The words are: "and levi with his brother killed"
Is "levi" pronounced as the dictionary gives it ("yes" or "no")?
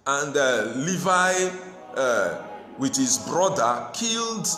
yes